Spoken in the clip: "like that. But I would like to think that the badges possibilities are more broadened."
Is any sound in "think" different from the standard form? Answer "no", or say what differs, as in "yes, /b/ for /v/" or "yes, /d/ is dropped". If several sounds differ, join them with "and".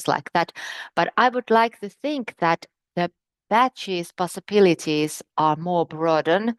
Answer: no